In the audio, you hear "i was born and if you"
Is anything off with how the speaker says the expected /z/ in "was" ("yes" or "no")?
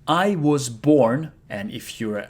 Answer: no